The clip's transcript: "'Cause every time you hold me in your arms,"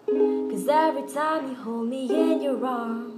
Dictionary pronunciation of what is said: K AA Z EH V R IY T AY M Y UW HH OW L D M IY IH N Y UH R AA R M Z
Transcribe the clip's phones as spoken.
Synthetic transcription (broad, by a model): K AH Z EH V R IY T AY M Y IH HH OW L D M IY IH N Y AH R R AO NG